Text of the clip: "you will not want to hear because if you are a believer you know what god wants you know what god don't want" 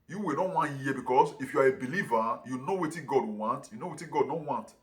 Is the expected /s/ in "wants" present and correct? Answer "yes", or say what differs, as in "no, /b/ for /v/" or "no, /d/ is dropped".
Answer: no, /s/ is dropped